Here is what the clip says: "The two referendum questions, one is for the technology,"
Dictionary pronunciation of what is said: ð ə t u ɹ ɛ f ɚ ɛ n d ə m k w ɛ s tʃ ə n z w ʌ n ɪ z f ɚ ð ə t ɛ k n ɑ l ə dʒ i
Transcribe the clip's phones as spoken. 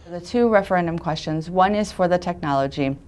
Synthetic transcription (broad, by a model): ð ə t u ɹ ɛ f ɚ ɛ n d ə m k w ɛ s tʃ ə n z w ʌ n ɪ z f ɚ ð ə t ɛ k n ɑ l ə dʒ i